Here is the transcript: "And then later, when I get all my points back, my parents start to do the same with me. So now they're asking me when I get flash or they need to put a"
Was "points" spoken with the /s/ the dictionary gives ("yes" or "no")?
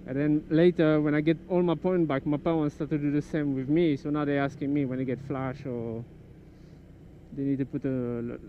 no